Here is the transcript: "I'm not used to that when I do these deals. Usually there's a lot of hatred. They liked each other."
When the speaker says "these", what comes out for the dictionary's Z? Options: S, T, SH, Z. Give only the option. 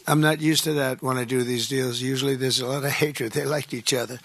Z